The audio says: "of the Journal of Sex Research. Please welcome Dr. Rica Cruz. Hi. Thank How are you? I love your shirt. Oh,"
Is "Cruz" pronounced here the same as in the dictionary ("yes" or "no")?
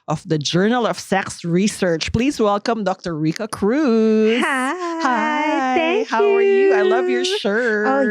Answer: no